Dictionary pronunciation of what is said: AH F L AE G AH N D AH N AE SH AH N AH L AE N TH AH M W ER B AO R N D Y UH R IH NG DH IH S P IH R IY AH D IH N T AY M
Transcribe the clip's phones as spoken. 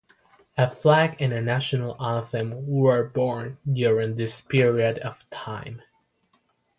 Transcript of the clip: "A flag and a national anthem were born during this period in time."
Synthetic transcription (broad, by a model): AH F L AE G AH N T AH N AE SH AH N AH L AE TH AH M W ER B AO R N D Y UH R IH NG DH IH S P IH R IY AH D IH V T AY M